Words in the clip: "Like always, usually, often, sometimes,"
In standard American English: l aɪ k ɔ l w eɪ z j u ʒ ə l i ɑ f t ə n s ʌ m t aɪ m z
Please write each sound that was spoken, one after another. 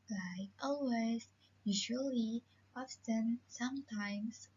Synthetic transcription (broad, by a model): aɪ ɔ l w eɪ z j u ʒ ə l i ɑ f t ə n s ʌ m t aɪ m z